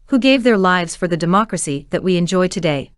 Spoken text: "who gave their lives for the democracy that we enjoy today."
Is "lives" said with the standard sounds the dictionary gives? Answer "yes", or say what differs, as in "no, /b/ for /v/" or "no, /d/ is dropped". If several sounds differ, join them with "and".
yes